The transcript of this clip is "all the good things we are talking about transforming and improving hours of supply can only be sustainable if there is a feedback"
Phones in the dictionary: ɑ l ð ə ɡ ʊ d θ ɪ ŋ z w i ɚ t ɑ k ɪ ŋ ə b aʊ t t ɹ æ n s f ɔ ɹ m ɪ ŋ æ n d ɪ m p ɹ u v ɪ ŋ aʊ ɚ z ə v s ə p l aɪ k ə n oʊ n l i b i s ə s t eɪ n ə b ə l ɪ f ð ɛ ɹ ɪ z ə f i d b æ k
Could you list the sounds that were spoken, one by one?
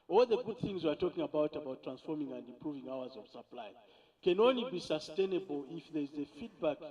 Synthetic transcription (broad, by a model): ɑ l ð ə ɡ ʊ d θ ɪ ŋ z w i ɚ t ɑ k ɪ ŋ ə b aʊ t t ɹ æ n s f ɔ ɹ m ɪ ŋ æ n d ɪ m p ɹ u v ɪ ŋ aʊ ɚ z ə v s ə p l aɪ k ə n oʊ n l i b i s ə s t eɪ n ə b ə l ɪ f ð ɛ ɹ z ə f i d b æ k